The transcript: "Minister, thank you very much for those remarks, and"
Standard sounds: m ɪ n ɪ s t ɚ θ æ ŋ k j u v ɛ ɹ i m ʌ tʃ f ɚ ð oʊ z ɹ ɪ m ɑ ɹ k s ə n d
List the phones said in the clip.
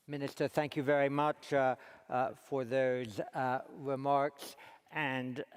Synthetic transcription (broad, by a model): m ɪ n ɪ s t ɚ θ æ ŋ k j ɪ v ɛ ɹ i m ʌ tʃ f ɚ ð oʊ z ɹ ɪ m ɑ ɹ k s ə n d